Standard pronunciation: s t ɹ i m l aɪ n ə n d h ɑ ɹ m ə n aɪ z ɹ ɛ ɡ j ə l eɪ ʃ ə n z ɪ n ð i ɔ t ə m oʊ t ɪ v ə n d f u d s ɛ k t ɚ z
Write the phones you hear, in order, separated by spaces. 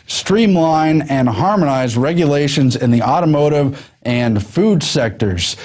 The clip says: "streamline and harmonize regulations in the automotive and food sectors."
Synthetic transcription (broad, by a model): s t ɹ i m l aɪ n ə n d h ɑ ɹ m ə n aɪ z ɹ ɛ ɡ j ə l eɪ ʃ ə n z ɪ n ð i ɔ t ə m oʊ t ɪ v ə n f u d s ɛ k t ɚ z